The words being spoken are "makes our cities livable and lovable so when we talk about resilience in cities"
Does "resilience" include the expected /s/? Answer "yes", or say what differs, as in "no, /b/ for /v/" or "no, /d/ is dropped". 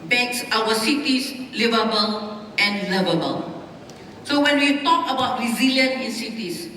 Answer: no, /s/ is dropped